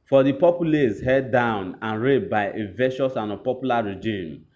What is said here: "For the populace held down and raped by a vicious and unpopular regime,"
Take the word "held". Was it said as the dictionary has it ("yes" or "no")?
no